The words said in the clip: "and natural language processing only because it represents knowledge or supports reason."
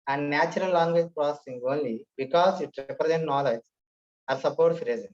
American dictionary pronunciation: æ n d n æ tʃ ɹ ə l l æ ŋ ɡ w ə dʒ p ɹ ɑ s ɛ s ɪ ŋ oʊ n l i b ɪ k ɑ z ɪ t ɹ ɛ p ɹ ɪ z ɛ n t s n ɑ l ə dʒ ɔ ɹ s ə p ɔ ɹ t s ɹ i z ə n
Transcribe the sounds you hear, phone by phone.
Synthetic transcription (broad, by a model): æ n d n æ tʃ ɹ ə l l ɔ ŋ ɡ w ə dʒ p ɹ ɑ s ɛ s ɪ ŋ oʊ n l i b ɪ k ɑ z ɪ t ɹ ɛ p ɹ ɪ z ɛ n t n ɑ l ə dʒ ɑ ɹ s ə p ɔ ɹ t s ɹ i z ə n